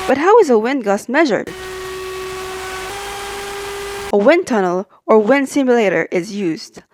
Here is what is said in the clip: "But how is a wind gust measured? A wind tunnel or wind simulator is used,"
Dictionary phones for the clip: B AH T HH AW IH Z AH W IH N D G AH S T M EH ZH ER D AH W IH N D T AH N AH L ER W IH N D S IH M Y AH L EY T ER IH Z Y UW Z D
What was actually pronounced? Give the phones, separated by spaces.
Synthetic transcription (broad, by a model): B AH T HH AW IH Z AH W IH N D G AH S M EH ZH ER D AH W IH N T AH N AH L ER W IH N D S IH M Y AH L EY T ER IH Z Y UW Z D